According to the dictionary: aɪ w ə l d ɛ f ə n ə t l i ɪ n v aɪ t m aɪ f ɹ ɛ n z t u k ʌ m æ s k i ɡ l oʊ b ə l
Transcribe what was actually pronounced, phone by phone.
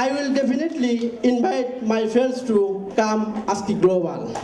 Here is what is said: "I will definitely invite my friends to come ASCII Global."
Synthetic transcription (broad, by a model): aɪ w ə l d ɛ p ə n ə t l i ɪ n b aɪ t m aɪ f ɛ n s t u k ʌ m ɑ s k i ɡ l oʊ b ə l